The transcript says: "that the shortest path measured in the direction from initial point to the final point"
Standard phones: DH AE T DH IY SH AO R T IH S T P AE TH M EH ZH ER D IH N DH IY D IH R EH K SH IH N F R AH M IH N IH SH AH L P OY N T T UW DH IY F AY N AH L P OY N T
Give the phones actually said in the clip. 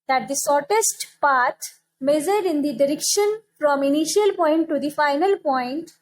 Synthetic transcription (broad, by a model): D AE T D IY S AO R T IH S T P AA T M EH Z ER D IH N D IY D IH R EH K SH IH N F R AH M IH N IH SH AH L P OY N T T UW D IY F AY N AH L P OY N T